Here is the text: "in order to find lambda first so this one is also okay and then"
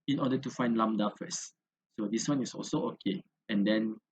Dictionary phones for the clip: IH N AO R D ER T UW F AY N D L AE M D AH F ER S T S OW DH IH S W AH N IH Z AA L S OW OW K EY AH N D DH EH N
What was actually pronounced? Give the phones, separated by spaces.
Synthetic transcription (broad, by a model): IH N AO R D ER T UW F AY N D L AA M D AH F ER S S OW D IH S W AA N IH S AA L S OW OW K EY AH N D EH N